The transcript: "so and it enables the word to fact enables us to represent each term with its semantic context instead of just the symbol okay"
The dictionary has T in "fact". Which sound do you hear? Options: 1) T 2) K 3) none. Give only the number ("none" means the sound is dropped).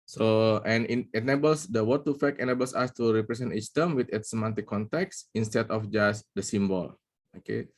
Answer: 3